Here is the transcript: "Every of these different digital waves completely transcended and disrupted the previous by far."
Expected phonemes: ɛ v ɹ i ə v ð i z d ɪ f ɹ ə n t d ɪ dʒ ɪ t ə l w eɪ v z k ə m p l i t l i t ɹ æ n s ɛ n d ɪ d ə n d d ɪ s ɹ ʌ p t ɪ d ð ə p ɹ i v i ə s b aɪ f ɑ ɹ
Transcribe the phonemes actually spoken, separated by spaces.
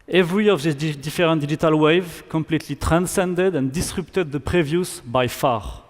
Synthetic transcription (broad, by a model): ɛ v ɹ i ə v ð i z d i f ɹ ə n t d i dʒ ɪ t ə l w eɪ v k ə m p l i t l i t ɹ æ n s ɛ n d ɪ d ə n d d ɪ s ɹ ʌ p t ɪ d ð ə p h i v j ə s b aɪ f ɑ ɹ